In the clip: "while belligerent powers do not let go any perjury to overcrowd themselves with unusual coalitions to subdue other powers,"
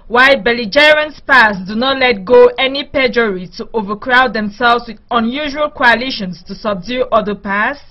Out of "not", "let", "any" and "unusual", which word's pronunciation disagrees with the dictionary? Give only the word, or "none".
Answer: none